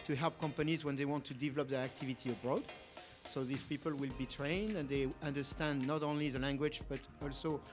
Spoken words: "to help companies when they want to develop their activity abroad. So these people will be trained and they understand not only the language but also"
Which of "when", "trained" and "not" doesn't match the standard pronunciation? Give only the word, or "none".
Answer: none